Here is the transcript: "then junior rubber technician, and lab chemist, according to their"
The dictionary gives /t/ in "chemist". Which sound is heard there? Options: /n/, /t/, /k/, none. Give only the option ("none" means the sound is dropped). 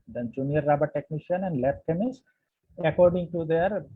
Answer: none